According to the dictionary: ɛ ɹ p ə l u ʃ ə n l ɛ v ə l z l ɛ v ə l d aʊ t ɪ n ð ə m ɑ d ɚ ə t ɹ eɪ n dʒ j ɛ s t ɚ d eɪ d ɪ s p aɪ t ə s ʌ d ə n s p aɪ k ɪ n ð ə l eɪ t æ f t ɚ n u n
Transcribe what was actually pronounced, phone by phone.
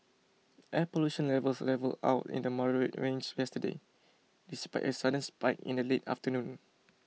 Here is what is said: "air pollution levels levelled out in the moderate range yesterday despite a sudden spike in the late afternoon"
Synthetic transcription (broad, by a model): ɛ p ə l u ʃ ə n l ɛ v ə l s l ɛ v ə l aʊ t ɪ n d ə m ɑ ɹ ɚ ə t ɹ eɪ n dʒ j ɛ s t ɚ d eɪ d ɪ s p aɪ t ə s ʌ d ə n s p aɪ k ɪ n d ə l eɪ t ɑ f t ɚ n u n